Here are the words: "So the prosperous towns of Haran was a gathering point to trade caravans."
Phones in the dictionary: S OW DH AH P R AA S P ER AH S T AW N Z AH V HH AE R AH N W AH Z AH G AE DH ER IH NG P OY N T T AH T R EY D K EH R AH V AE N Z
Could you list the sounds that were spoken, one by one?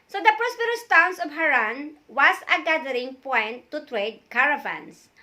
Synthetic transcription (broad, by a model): S OW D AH P R AA S P ER AH S T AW N S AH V HH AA R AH N W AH S AH G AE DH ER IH NG P OY N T T AH T R EY D K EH R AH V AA N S